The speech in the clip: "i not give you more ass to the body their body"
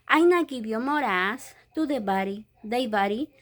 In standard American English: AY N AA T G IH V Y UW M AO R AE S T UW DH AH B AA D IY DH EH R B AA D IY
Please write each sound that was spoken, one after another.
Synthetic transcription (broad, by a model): AY N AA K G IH B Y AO M AO R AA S T UW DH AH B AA D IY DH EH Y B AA D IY